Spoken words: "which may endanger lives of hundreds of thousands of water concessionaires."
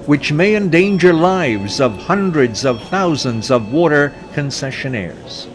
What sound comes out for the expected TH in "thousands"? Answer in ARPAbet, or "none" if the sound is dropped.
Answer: TH